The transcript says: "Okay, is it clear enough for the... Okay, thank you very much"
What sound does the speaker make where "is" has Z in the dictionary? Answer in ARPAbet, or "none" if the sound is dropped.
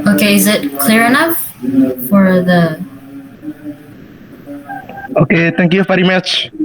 Z